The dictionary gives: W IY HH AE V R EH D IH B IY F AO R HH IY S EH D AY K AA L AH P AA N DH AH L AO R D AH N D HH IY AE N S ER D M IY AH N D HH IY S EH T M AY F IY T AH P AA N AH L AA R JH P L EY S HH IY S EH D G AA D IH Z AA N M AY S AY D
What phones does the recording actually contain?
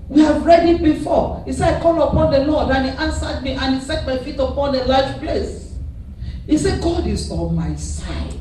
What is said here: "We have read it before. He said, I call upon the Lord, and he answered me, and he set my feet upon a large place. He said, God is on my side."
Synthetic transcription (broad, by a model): W IY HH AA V R EH D IH B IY F AO HH IY S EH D AY K AA L AH P AA N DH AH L AO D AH N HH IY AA N S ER D M IY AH N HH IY S EH T M AY F IY T AH P AA N AH L AA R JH P L EY S HH IY S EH G AA D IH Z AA L M AY S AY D